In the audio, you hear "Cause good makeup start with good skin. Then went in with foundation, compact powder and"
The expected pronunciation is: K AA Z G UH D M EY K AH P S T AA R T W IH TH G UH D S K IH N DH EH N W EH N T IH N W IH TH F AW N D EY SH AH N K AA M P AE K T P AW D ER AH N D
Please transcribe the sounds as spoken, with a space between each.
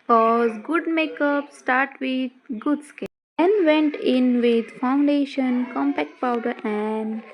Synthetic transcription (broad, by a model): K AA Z G UH D M EY K AH P S T AA R T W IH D G UH D S K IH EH N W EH N T IH N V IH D F AW N D EY SH AH N K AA M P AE K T P AW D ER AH N D